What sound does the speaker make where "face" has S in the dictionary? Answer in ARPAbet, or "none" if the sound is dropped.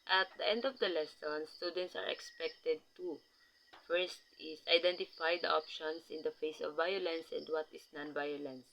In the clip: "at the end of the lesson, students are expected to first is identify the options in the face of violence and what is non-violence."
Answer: S